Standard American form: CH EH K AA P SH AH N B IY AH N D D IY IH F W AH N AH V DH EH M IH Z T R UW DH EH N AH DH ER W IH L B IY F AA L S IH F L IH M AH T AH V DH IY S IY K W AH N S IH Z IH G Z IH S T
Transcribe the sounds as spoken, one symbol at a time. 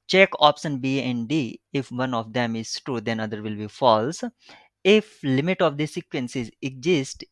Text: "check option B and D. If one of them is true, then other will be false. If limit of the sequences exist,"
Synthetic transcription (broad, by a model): CH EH K AA P SH AH N B IY AH N D D IY IH F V AH N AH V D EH M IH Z T UW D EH N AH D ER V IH L B IY F AA L S IH F L IH M AH T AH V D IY S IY K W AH N S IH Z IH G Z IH S T